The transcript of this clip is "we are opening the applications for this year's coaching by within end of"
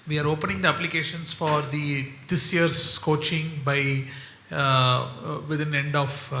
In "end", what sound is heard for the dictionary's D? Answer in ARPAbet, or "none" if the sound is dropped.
D